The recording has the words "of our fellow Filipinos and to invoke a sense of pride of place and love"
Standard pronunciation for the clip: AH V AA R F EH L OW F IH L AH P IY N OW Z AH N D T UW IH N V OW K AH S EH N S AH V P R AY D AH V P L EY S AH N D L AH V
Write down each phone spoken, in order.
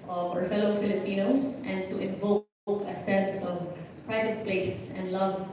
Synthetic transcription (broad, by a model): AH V AA R F EH L OW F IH L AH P IY N OW S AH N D T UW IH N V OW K AH S EH N S AH V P R AY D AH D P L EY S AH N D L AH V